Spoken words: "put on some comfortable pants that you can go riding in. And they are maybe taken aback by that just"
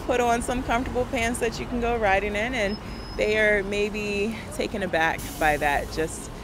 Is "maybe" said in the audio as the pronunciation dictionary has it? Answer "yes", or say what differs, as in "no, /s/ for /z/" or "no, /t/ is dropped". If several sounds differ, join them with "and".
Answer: yes